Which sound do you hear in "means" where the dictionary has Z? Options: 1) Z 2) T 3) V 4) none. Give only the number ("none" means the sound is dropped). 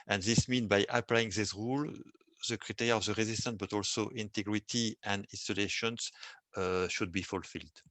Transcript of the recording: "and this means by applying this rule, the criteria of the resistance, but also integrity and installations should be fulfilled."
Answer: 4